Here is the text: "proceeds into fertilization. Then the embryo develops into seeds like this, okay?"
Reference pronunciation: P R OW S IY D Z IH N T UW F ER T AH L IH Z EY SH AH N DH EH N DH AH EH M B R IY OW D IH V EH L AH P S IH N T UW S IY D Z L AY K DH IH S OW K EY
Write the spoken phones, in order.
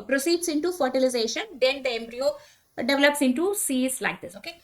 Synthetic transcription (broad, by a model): P R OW S IY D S IH N T UW F ER T AH L IH Z EY SH AH N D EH N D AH EH M B R IY OW D IH V EH L AH P S IH N T UW S IY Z L AY K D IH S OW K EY